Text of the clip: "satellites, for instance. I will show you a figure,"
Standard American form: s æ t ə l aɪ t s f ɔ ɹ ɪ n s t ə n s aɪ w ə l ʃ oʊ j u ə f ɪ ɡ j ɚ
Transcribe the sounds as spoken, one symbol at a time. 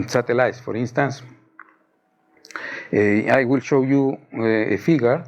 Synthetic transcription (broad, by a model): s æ t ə l aɪ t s f ɔ ɹ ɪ n s t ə n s aɪ w ə l ʃ oʊ j u ə f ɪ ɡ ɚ